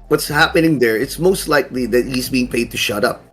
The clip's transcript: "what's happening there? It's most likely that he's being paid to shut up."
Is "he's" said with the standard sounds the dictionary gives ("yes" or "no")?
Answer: yes